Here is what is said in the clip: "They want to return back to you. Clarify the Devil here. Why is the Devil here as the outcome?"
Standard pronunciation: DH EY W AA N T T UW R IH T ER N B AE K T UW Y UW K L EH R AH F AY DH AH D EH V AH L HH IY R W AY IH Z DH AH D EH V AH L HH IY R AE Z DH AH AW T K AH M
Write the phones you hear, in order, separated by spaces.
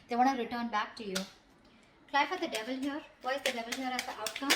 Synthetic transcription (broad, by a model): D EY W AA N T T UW R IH T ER N B AE K T UW Y UW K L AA AH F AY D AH D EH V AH L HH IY R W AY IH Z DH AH D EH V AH L HH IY R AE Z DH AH AW T K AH M